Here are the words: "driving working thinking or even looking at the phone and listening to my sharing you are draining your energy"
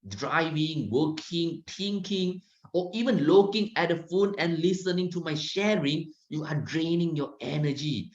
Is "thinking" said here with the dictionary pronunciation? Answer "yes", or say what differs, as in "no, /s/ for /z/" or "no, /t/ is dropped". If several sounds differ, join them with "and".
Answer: no, /t/ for /θ/